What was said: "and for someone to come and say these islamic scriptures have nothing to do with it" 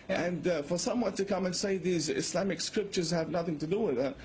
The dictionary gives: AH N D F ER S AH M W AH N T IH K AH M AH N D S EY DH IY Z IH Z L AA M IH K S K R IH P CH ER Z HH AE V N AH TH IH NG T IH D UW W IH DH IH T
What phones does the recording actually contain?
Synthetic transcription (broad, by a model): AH N F ER S AH M W AH N T IH K AH M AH N S EY DH IY Z IH S L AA M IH K S K R IH P CH ER Z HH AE V N AH TH IH NG T IH D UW W IH DH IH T